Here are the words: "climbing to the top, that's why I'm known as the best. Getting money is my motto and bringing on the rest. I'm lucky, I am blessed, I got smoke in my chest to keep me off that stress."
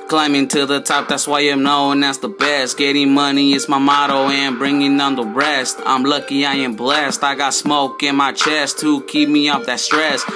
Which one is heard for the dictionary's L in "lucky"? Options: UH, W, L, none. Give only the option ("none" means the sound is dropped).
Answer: L